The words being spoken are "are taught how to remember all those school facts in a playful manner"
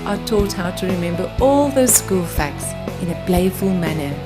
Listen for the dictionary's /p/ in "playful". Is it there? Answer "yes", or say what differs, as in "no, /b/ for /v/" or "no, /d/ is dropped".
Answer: no, /b/ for /p/